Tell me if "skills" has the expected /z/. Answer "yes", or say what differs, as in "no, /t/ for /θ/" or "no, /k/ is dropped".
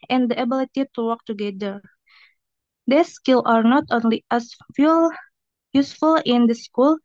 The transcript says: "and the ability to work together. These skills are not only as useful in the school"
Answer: no, /z/ is dropped